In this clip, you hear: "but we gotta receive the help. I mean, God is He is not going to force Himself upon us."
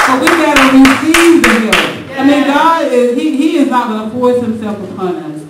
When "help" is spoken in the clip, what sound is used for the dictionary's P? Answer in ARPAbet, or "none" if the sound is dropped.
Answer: none